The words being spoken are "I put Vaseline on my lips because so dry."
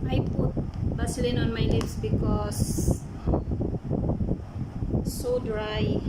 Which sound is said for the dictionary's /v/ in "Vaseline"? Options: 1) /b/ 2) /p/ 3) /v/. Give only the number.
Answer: 1